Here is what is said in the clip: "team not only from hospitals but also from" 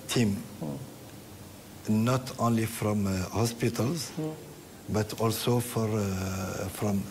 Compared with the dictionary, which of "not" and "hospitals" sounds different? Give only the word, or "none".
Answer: none